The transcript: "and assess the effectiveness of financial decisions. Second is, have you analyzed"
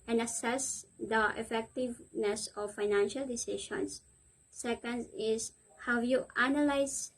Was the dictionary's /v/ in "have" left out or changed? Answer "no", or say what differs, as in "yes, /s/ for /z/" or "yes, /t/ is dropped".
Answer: yes, /w/ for /v/